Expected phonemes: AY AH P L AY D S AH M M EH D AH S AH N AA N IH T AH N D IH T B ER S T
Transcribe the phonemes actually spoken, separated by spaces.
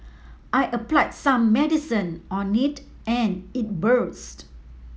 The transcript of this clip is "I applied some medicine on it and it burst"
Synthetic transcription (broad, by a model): AY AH P L AY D S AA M M EH D AH S AH N AA N IH T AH N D IH T B ER S T